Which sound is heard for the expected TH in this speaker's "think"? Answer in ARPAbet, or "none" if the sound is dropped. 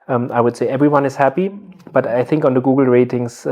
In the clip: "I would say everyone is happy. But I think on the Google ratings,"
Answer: TH